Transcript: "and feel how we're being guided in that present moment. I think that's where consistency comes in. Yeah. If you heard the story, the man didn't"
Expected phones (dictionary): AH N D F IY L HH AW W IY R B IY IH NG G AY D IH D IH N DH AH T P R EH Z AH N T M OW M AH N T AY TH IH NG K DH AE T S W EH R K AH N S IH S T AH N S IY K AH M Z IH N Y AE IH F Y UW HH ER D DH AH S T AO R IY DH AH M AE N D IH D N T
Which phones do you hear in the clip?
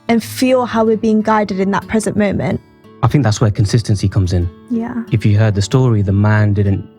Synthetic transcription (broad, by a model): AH N F IY L HH AW W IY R B IY IH NG G AY D IH D IH N DH AH T P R EH Z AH N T M OW M AH N T AY TH IH NG K DH AE T S W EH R K AH N S IH S T AH N S IY K AH M Z IH N Y AE IH F Y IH HH ER D DH AH S T AO R IY DH AH M AE N D IH D N T